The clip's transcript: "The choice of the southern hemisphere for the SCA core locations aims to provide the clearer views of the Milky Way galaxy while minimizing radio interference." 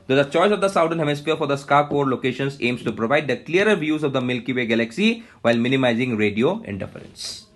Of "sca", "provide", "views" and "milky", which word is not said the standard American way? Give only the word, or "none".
none